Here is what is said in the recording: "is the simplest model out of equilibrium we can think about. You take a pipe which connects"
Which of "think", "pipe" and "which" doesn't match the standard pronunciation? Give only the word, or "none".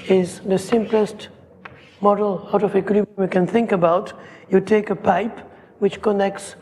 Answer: none